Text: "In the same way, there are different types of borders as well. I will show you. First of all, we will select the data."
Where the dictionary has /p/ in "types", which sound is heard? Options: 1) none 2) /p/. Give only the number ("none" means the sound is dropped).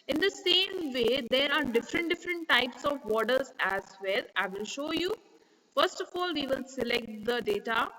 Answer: 2